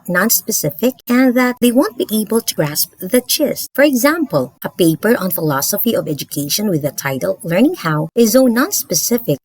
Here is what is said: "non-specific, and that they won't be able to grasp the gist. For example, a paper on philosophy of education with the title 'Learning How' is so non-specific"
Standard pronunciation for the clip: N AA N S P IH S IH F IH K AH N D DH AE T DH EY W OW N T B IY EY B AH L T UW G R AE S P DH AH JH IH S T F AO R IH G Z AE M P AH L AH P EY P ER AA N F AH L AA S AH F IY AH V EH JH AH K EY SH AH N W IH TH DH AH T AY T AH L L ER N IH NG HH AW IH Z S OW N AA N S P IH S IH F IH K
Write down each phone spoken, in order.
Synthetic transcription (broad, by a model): N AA N S P IH S IH F IH K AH N DH AE T DH EY W OW N T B IY EY B AH L T UW G R AE S P DH AH CH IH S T F AO R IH G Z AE M P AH L AH P EY P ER AA N F AH L AA S AH F IY AH V EH JH AH K EY SH AH N W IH DH AH T AY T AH L L ER N IH NG HH AW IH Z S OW N AA N S P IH S IH F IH K